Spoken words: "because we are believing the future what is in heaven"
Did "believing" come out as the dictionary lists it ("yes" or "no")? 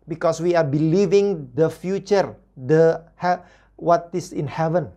yes